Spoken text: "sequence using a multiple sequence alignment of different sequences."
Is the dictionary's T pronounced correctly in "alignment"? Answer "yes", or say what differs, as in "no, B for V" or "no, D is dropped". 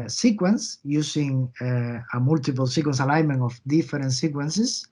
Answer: no, T is dropped